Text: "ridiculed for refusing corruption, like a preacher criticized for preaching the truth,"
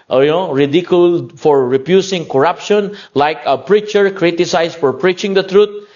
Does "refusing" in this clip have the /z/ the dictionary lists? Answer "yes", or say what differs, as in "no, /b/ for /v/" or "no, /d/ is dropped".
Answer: no, /s/ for /z/